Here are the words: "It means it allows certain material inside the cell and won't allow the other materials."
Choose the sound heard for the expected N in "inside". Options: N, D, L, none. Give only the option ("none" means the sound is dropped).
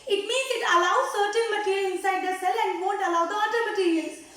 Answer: N